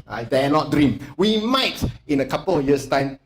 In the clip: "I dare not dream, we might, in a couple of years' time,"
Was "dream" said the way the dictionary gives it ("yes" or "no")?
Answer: yes